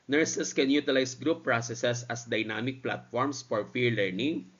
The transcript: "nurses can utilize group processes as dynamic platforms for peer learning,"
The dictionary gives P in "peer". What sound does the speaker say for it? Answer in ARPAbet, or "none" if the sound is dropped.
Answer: F